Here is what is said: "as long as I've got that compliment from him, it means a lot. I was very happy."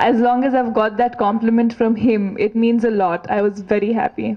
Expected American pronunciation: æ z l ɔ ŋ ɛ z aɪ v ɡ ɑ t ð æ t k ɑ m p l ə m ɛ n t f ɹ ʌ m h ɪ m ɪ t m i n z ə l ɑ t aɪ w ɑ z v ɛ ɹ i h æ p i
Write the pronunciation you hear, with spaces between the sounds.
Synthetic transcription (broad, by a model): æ z l ɔ ŋ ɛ z aɪ v ɡ ɑ t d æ t k ɑ m p l ə m ɛ n t f ɹ ʌ m h ɪ m ɪ t m i n z ə l ɑ t aɪ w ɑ z v ɛ ɹ i h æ p i